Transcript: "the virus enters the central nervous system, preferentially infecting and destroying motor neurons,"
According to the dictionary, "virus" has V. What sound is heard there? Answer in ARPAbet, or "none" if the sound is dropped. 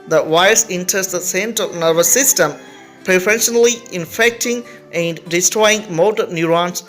W